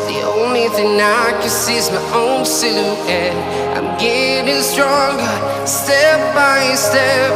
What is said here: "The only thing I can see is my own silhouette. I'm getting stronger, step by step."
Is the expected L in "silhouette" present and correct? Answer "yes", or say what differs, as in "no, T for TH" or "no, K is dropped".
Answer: no, L is dropped